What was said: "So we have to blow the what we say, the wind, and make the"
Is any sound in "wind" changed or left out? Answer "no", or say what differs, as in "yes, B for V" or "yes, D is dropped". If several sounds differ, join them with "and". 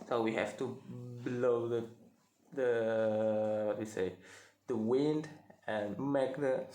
no